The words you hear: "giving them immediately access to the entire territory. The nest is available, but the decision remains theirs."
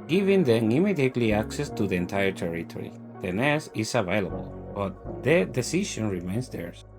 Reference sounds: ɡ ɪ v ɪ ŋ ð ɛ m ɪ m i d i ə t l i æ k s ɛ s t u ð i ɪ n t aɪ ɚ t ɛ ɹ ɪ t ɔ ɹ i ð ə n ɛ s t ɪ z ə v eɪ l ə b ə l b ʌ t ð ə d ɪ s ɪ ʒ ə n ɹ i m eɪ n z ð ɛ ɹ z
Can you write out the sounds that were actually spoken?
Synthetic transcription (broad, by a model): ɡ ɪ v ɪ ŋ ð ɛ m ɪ m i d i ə t l i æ k s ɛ s t u ð i ɪ n t aɪ ɚ t ɛ ɹ ɪ t ɔ ɹ i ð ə n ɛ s ɪ s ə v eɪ l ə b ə l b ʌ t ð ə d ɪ s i ʃ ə n ɹ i m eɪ n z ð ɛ ɹ